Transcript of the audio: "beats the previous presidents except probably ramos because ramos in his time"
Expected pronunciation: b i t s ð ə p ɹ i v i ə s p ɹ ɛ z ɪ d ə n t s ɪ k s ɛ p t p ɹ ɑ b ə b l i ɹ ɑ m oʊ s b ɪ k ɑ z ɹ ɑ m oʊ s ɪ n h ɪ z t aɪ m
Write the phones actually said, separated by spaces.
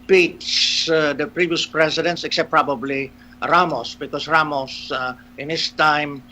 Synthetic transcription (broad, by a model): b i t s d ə p ɹ i v i ə s p ɹ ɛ s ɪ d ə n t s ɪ k s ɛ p p ɹ ɑ b ə b l i ɹ ɑ m oʊ s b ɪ k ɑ s ɹ ɑ m oʊ s ɪ n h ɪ s t aɪ m